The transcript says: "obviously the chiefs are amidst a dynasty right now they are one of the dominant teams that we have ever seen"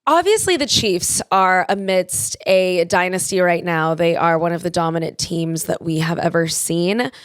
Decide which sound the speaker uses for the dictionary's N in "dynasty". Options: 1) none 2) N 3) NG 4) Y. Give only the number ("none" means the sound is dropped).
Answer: 2